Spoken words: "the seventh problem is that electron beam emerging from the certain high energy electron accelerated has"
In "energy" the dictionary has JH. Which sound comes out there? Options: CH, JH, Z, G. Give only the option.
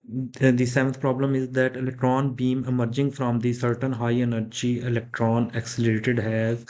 JH